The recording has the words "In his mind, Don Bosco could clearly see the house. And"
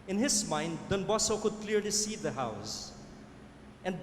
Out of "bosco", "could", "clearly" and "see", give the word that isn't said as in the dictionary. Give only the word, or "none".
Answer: bosco